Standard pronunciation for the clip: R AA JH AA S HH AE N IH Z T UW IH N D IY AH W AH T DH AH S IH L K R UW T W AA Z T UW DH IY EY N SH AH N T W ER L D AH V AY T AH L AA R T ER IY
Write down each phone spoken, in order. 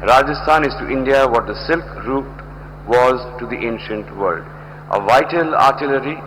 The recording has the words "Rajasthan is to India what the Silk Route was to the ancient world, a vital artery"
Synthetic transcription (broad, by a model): R AA JH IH S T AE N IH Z T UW IH N D IY AH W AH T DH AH S IH L K R UW T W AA Z T UW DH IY EY N SH AH N T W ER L D AH V AY T AH L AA R T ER IY